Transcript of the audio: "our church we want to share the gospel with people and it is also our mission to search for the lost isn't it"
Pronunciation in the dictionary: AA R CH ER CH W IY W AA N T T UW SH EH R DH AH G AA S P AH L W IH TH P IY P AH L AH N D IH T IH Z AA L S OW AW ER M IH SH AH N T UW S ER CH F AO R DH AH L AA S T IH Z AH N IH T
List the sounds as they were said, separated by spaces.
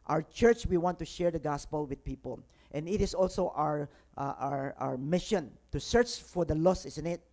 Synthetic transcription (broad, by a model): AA R CH ER CH W IY W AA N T T UW SH EH R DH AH G AA S P AH L W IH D P IY P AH L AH N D IH T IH S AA L S OW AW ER M IH SH AH N T UW S ER CH F AO R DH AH L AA S IH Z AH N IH T